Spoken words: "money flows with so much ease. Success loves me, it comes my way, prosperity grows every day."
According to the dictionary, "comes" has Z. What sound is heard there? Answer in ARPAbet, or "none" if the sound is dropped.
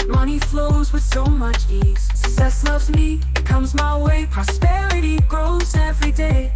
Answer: Z